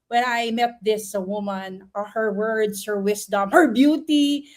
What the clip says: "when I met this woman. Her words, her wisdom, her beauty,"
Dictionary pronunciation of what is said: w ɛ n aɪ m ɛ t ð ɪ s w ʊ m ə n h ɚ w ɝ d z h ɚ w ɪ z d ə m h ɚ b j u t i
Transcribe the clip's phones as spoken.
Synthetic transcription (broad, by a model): w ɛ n aɪ m ɛ t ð ɪ s w ʊ m ə n h ɚ w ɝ d s h ɚ w ɪ s d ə m h ɚ b j u t i